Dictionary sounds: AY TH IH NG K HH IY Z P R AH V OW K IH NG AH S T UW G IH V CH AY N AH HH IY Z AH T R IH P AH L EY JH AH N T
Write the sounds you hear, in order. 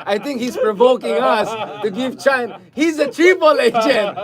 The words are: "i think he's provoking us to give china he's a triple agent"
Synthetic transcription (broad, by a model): AY T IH NG K HH IY Z P R AH V OW K IH NG AH S T UW G IH V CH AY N HH IY Z AH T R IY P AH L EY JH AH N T